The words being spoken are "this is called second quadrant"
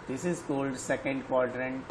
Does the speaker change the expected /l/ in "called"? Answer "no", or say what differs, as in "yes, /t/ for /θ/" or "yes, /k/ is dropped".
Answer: no